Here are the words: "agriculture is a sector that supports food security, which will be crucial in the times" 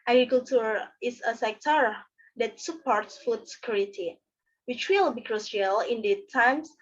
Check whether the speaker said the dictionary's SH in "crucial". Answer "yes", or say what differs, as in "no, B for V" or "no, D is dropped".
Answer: no, S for SH